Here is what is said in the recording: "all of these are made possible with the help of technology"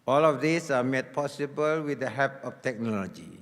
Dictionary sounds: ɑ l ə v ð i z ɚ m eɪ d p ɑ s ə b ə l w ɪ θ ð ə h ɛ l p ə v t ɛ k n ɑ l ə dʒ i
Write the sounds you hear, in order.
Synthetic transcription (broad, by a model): ɑ l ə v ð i s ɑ m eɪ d p ɑ s ə b ə l w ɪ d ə h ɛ p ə f t ɛ k n ɑ l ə dʒ i